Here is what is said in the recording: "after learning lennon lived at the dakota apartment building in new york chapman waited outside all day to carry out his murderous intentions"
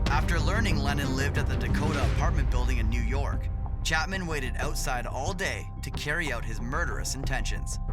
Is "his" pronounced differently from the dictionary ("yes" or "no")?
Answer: no